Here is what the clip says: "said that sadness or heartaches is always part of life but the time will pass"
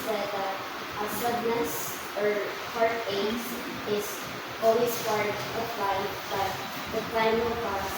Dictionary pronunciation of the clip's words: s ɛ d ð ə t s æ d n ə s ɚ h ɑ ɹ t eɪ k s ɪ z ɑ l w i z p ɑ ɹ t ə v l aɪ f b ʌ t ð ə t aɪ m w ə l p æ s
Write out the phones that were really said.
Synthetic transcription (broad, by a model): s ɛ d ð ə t s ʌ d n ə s ɚ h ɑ ɹ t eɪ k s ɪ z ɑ l w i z f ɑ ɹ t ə p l aɪ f b ʌ t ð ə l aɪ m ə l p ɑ